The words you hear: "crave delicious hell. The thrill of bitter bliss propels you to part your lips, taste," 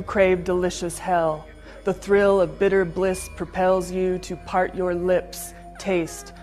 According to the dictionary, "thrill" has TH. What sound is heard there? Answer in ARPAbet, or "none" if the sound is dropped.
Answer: TH